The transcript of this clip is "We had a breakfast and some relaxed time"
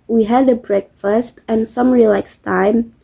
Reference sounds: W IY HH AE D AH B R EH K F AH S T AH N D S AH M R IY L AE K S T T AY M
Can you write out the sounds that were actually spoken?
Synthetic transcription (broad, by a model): W IY HH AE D AH B R EH K F AH S T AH N S AH M R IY L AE K S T T AY M